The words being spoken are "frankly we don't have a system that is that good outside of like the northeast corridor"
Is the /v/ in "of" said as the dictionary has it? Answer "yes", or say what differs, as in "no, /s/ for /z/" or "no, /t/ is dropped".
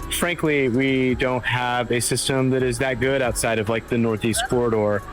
yes